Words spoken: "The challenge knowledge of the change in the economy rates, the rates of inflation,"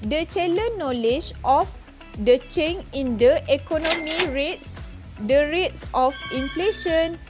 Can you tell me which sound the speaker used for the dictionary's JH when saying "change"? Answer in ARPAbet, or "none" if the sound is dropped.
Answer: none